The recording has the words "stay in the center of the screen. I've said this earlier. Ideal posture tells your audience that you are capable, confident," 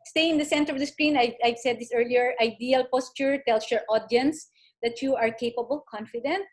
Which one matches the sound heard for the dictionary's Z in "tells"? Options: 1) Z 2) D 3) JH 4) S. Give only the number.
4